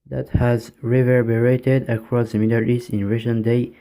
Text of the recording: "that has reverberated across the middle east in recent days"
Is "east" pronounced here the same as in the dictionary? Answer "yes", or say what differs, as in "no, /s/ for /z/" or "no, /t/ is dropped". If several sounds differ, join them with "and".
no, /t/ is dropped